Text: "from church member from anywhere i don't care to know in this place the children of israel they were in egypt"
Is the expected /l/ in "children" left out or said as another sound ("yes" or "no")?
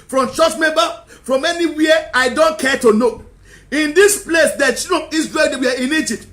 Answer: yes